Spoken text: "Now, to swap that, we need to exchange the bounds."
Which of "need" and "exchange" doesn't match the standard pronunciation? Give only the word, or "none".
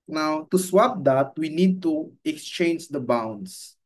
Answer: none